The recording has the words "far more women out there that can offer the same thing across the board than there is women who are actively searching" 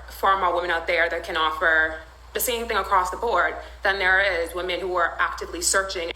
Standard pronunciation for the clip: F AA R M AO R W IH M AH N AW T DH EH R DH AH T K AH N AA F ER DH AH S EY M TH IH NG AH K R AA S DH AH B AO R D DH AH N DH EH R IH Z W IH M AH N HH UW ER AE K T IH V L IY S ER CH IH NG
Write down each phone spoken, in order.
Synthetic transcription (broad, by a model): F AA R M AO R W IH M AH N AW T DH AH R DH AH T K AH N AA F ER DH AH S EY M TH IH NG AH K R AA S DH AH B AO R D DH AH N DH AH R IH Z W IH M AH N HH UW ER AE K T IH V L IY S ER CH IH NG